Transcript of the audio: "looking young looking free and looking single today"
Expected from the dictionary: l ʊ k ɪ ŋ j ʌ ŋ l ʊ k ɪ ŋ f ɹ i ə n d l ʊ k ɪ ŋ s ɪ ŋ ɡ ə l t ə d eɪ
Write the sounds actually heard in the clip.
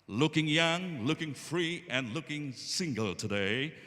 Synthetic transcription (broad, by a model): l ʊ k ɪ ŋ j ʌ ŋ l ʊ k ɪ ŋ f ɹ i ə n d l ʊ k ɪ ŋ s ɪ ŋ ɡ ə l t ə d eɪ